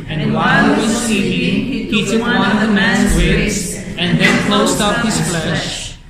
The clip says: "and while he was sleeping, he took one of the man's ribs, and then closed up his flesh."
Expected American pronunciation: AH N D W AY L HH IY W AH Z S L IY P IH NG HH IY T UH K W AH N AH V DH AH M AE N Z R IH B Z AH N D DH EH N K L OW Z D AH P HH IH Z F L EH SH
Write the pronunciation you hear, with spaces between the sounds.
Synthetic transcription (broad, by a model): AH N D W AY L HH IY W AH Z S IY IH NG HH IY T UH K W AH N AH V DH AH M AE N Z W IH Z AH N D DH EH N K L OW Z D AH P HH IH Z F L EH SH